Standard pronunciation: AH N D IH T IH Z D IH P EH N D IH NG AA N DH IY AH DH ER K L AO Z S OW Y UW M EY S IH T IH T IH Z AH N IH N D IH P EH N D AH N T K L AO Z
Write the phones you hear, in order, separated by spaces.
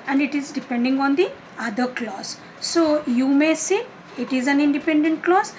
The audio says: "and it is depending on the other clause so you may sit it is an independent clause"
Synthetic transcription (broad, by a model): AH N D IH T IH Z D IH P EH N D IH NG AA N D IY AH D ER K L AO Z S OW Y UW M EY S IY IH T IH Z AH N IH N D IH P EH N D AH N T K L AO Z